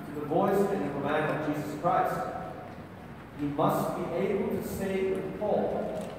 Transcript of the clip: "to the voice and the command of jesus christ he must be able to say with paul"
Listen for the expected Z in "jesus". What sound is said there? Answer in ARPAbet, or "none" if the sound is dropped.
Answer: Z